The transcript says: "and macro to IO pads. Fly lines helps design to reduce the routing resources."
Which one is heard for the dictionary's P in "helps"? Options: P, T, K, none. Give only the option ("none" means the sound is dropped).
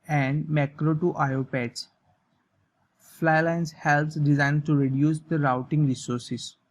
none